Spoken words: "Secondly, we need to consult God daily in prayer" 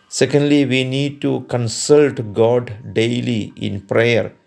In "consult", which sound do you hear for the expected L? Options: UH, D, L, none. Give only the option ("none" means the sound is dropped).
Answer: L